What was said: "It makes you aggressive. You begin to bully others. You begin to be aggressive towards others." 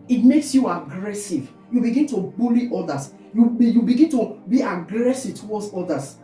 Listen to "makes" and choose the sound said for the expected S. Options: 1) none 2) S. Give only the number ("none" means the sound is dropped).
2